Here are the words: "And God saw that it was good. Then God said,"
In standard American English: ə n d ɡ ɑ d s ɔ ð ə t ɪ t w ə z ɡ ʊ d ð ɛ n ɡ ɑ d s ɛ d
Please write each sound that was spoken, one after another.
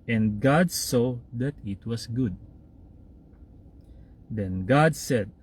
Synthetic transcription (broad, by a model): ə n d ɡ ɑ d s ɔ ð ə t ɪ t w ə s ɡ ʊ d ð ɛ n ɡ ɑ d s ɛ d